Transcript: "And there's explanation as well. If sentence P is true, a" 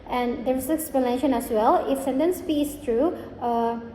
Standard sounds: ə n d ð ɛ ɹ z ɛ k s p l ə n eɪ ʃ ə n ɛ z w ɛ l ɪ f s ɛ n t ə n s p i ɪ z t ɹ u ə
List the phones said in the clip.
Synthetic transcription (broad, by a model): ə n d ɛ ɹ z ɛ k s p l ə n eɪ ʃ ə n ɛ s w ɛ l ɪ f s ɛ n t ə n s p i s t ɹ u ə